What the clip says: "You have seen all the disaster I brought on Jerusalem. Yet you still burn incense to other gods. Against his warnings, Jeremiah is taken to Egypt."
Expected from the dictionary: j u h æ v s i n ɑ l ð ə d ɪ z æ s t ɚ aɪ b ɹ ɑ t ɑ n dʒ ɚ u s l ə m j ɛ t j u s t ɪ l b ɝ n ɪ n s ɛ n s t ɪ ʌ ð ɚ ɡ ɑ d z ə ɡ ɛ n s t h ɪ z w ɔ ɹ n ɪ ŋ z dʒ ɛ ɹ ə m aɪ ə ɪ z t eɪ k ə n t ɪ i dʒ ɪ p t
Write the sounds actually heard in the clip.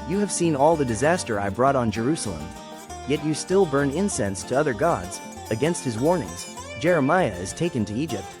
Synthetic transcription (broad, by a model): j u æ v s i n ɑ l ð ə d ɪ z æ s t ɚ aɪ b ɹ ɑ t n dʒ ɚ u s l ə m j ɛ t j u s t ɪ l b ɝ n ɪ n s ɛ n s t ɪ ʌ ð ɚ ɡ ɑ d z ə ɡ ɛ n s t h ɪ z w ɔ ɹ n ɪ ŋ z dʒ ɛ ɹ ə m aɪ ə ɪ z t eɪ k ə n t ɪ i dʒ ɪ p t